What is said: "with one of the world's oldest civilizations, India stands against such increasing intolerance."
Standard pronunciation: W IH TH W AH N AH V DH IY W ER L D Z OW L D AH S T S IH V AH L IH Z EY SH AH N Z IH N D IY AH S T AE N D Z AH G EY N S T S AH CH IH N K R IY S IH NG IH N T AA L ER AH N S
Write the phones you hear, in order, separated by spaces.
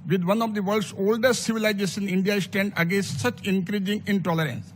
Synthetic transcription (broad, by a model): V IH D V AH N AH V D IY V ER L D S OW L D AH S T S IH V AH L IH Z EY S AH N IH N D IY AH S T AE N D AH G EY N S T S AH CH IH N K R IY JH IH NG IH N T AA L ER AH N S